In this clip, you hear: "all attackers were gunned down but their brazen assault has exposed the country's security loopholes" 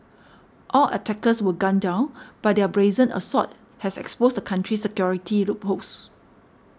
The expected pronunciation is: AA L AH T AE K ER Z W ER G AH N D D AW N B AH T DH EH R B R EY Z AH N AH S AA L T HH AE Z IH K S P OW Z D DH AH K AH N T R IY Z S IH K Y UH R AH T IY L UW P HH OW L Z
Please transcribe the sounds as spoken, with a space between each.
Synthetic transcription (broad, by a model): AA L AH T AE K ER S W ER G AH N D D AW N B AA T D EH B R EY Z AH N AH S AA T HH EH S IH K S P OW S D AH K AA N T R IY S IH K Y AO R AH T IY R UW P HH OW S